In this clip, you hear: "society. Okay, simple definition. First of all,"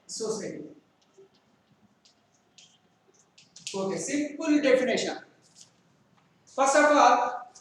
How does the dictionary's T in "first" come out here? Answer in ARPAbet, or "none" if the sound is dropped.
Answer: none